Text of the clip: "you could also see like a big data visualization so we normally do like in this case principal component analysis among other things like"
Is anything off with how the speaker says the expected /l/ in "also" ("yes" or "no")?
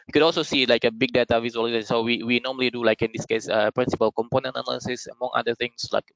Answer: no